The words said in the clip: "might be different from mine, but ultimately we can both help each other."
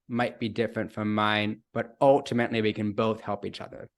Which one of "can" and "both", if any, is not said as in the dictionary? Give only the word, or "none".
none